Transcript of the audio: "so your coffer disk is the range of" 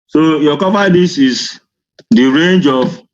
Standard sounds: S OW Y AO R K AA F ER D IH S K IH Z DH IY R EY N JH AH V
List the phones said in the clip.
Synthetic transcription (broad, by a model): S OW Y AO K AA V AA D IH S IH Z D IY R EY N JH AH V